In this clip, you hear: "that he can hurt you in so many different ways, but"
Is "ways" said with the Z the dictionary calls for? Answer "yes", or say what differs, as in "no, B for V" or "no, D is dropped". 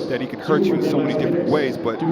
yes